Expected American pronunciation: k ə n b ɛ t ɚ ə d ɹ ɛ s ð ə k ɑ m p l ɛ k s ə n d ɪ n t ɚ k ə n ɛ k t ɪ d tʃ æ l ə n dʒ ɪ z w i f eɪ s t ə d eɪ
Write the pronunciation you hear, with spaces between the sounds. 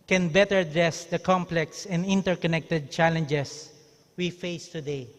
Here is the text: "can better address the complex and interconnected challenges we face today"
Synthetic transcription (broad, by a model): k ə n b ɛ t ɚ ə d ɹ ɛ s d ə k ɑ m p l ɛ k s ə n d ɪ n t ɚ k ə n ɛ k t ɪ d tʃ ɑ l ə n dʒ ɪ s w i f eɪ s t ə d eɪ